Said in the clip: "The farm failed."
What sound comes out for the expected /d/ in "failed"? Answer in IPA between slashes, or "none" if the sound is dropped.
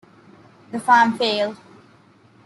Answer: none